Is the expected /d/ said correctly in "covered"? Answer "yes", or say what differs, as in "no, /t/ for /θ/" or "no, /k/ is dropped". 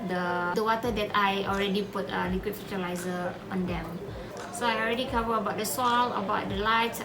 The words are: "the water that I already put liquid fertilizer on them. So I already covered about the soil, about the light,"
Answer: no, /d/ is dropped